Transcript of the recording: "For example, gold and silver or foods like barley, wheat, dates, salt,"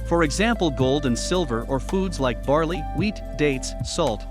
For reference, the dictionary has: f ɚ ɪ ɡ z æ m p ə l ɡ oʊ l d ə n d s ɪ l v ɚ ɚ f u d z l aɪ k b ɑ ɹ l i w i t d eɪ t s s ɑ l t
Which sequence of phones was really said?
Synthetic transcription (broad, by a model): f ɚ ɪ ɡ z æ m p l ɡ oʊ l d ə n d s ɪ l v ɚ ɚ f u d z l aɪ k b ɑ ɹ l i w i t d eɪ t s s ɑ l t